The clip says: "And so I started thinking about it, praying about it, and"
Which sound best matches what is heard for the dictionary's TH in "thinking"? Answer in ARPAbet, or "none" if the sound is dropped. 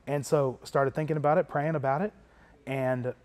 TH